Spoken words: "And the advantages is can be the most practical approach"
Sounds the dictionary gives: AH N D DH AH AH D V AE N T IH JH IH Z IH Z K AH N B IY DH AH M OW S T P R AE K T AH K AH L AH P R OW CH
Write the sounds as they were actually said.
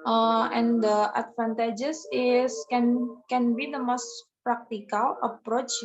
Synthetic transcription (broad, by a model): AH N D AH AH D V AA N T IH JH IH S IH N K AH N B IY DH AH M OW S T P R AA K T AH K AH L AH P R OW CH